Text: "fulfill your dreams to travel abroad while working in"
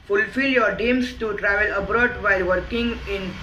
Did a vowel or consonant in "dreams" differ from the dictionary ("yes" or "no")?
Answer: yes